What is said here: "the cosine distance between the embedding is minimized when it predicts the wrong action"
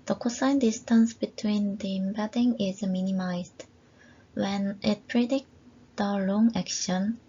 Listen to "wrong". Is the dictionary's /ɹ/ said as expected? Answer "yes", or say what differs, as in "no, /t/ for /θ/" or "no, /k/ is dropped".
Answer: no, /l/ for /ɹ/